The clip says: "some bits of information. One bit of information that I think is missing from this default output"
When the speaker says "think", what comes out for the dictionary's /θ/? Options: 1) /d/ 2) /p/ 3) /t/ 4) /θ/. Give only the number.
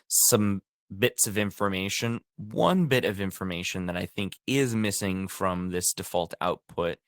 4